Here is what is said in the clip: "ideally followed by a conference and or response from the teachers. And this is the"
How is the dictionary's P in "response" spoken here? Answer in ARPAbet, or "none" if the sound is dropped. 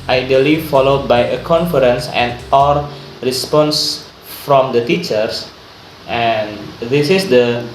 P